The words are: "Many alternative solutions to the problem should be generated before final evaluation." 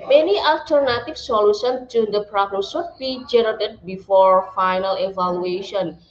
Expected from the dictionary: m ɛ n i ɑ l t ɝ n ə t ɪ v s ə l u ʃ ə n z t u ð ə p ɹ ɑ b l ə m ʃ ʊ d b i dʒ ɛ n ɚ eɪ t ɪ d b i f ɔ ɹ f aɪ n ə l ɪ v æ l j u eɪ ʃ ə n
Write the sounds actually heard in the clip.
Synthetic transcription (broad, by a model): m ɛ n i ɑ l t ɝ n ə t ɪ f s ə l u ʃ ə n t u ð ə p ɹ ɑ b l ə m s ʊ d b i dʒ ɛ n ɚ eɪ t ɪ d b i f ɔ ɹ f aɪ n ə l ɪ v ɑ l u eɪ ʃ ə n